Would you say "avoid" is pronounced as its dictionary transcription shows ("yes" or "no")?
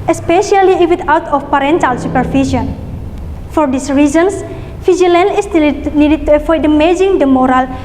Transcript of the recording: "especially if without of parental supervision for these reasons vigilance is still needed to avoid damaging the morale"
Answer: no